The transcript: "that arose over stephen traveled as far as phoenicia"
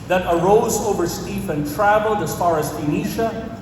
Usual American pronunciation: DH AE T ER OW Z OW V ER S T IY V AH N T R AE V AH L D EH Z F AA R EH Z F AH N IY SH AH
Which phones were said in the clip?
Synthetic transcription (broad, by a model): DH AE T ER OW Z OW V ER S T IY F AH N T R AE V AH L D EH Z F AA R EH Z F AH N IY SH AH